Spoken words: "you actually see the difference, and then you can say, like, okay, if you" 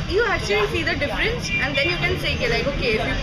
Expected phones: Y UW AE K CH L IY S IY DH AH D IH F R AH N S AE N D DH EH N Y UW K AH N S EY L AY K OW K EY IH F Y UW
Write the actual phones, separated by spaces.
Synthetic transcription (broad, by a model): Y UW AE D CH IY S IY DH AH D IH F R AH N S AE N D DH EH N Y UW K AH N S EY L AY K OW K EY IH F Y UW